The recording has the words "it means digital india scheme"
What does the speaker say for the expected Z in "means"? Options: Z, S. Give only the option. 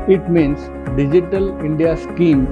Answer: S